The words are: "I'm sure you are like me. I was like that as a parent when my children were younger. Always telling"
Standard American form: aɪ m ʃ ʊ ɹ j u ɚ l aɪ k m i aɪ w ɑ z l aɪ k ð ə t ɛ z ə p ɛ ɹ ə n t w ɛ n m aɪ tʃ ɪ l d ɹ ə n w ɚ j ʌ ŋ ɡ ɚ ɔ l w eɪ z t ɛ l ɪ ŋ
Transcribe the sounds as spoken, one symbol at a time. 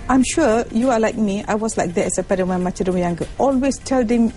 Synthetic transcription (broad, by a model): aɪ m ʃ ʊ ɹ j u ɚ l aɪ k m i aɪ w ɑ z l aɪ k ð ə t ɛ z ə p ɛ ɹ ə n w ɛ n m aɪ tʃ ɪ d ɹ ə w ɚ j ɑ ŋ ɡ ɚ ɔ l w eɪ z t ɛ l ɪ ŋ